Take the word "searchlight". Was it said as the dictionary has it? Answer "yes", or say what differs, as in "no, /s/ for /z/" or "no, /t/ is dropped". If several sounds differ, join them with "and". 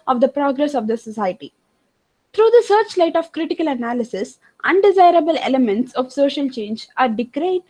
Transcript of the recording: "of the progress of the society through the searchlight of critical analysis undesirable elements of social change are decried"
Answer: yes